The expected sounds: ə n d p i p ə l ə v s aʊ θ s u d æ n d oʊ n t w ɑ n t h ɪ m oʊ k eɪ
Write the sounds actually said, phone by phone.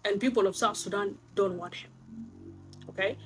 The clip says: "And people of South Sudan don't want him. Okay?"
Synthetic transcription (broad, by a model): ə n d p i p ə l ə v s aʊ t s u d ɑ n d oʊ n t w ɑ n t h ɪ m oʊ k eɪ